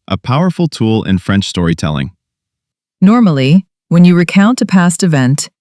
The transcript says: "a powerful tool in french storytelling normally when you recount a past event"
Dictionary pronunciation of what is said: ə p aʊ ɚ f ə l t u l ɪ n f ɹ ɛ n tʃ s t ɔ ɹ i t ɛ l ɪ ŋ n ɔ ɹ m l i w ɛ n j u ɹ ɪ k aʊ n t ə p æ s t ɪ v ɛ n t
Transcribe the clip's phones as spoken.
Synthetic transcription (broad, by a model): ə p aʊ ɚ f l t u l ɪ n f ɹ ɛ n tʃ s t ɔ ɹ i t ɛ l ɪ ŋ n ɔ ɹ m l i w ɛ n j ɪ ɹ ɪ k aʊ n t ə p æ s t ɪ v ɛ n t